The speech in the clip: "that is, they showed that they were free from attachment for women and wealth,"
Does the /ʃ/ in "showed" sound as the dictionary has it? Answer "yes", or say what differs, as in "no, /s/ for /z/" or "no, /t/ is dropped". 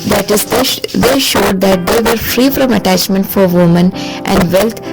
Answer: yes